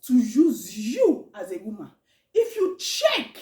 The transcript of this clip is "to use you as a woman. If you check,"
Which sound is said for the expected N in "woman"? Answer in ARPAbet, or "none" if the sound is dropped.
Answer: none